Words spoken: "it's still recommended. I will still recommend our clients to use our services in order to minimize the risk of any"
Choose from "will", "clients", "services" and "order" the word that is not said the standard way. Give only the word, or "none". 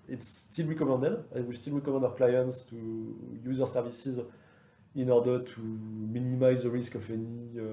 none